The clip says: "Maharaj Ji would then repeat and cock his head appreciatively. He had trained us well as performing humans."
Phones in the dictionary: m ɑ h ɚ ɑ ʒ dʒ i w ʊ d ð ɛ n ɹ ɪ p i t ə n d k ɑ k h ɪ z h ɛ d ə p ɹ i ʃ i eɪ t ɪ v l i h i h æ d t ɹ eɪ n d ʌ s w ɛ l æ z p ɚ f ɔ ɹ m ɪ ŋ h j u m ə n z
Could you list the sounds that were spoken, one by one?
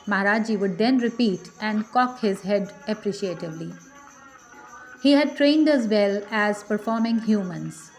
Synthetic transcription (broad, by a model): m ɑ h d ɑ dʒ i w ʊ d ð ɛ n ɹ ɪ p i t ə n d k ɑ k h ɪ z h ɛ d ə p ɹ i ʃ i eɪ t ɪ v l i h i h æ d t ɹ eɪ n d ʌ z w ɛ l æ z p ɚ f ɔ ɹ m ɪ ŋ h j u m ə n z